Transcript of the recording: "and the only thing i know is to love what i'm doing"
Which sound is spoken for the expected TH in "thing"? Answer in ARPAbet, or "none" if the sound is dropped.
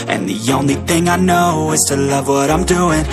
TH